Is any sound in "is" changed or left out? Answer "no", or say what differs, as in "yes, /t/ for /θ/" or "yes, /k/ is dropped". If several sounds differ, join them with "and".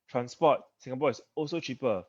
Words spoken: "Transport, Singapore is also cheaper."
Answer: yes, /s/ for /z/